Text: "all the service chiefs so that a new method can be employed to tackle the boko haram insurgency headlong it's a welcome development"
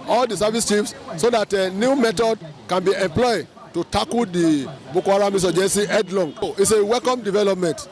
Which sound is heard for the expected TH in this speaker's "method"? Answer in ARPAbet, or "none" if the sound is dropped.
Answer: T